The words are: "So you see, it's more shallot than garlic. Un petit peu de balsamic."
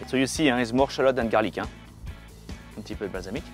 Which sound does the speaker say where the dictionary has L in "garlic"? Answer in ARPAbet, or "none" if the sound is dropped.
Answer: L